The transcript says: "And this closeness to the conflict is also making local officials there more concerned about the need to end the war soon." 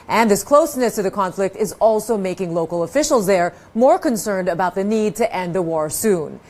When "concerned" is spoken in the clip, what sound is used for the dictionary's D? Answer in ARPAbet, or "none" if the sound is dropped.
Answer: D